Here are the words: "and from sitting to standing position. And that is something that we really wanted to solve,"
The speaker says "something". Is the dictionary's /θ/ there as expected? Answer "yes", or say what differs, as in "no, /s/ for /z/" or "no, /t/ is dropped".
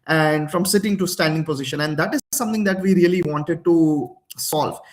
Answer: no, /t/ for /θ/